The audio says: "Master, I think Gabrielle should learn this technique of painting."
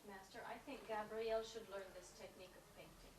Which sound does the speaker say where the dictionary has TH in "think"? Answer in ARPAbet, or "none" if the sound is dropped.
TH